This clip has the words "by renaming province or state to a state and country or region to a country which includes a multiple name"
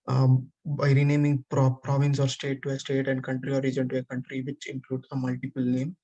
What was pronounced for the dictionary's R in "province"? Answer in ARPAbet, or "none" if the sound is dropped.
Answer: R